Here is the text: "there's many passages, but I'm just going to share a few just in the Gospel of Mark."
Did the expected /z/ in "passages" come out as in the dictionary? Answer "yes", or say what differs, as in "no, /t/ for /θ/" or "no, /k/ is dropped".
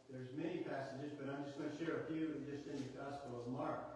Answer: yes